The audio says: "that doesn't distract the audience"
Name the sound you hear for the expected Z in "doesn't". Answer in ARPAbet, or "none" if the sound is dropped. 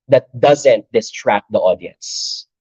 Z